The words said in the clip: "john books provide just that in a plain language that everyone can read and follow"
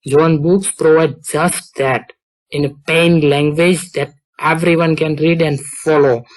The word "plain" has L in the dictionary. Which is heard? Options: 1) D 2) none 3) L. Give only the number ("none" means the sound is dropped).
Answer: 2